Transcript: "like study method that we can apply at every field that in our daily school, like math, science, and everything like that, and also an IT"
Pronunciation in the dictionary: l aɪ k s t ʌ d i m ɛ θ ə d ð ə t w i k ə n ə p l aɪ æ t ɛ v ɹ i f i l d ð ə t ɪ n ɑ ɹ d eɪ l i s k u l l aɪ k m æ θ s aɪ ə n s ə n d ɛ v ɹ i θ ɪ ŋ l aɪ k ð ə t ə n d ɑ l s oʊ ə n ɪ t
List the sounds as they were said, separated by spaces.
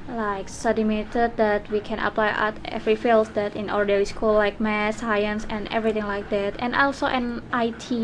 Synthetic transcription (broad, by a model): l aɪ k s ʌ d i m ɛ t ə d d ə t w i k ə n ə p l aɪ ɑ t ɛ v ɹ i f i l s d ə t ɪ n ɑ ɹ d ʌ w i s k u l l aɪ k m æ s aɪ ə n s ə n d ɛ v ɹ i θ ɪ ŋ l aɪ k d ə t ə n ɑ l s oʊ ə n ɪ t